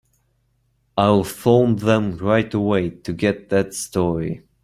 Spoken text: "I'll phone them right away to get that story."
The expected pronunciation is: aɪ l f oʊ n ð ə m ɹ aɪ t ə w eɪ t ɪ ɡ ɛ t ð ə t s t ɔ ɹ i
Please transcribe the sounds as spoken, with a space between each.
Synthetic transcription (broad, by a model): aɪ w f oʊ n ð ə m ɹ aɪ t ə w eɪ t ɪ ɡ ɛ t ð ə t s t ɔ ɹ i